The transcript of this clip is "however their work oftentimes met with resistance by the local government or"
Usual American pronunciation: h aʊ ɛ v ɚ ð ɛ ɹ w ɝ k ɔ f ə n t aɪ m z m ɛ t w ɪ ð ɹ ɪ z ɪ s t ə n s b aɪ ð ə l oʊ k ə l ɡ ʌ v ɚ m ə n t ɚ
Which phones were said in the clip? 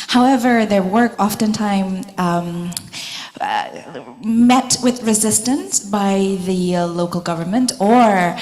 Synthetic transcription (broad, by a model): h aʊ ɛ v ɚ ð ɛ ɹ w ɝ k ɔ f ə n t aɪ m m ɛ t w ɪ ð ɹ ɪ z ɪ s t ə n s b aɪ ð ə l oʊ k l ɡ ʌ v ɚ m ə n t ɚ